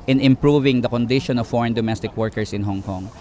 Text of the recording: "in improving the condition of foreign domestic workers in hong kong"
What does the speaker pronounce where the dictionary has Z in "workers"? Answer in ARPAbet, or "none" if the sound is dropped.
S